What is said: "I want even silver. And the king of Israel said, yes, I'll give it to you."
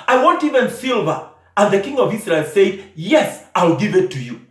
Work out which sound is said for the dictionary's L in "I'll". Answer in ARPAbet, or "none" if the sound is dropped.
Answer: L